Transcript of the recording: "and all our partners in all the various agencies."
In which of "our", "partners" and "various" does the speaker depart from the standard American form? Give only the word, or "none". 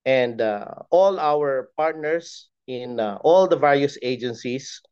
partners